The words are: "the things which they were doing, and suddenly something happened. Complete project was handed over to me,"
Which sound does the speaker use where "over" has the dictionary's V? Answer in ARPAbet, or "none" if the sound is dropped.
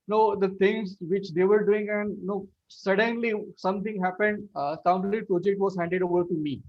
V